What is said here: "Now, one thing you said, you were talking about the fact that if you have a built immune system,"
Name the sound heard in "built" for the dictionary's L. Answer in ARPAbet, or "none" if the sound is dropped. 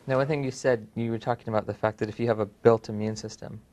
L